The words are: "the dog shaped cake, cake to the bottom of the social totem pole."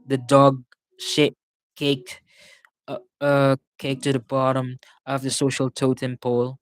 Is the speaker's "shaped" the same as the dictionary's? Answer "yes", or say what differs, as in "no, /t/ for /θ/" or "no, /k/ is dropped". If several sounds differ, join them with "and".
no, /p/ is dropped